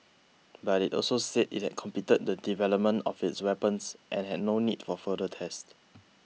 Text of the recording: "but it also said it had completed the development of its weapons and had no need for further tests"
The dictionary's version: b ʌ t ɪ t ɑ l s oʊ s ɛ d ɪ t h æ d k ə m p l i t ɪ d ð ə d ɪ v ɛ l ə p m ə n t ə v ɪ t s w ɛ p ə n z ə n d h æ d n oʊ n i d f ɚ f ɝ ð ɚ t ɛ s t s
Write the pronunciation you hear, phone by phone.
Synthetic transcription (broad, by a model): b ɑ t ɪ t ɑ l s oʊ s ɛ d ɪ t h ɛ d k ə m p i t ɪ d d ə d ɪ v ɛ l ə p m ə n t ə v ɪ t s w ɛ p ə n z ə n h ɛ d n oʊ n i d f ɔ f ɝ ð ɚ t ɛ s t